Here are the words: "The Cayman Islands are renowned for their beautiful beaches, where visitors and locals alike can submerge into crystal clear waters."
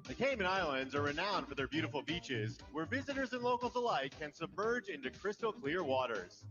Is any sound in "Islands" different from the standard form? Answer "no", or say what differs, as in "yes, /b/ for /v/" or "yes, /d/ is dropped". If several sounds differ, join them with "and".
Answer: no